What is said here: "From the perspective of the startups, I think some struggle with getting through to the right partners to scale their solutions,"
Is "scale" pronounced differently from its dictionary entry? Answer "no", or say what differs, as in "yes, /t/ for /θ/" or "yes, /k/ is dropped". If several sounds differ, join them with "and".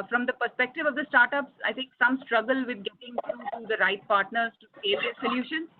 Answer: yes, /k/ is dropped